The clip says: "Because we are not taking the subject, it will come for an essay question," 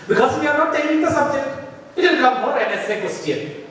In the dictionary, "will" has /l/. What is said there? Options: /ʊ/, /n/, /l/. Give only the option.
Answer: /n/